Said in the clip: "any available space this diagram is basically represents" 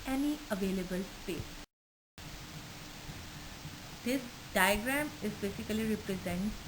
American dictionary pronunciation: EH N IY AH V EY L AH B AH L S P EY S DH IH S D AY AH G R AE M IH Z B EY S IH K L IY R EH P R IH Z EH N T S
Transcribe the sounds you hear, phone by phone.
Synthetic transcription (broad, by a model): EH N IY AH V EY L AH B AH L S P EY S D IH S D AY AH G R AE M IH Z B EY S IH K L IY R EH P R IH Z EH N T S